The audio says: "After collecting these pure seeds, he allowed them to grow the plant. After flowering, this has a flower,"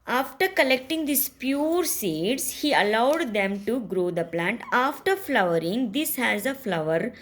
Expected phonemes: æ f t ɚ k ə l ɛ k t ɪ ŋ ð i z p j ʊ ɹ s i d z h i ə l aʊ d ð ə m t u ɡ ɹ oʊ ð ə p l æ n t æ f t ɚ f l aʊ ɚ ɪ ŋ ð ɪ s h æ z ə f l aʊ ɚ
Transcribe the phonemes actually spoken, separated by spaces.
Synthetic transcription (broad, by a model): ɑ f t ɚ k ə l ɛ k t ɪ ŋ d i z p j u ɹ s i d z h i ə l aʊ d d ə m t u ɡ ɹ oʊ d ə p l æ n t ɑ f t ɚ f l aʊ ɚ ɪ ŋ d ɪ s h æ z ə f l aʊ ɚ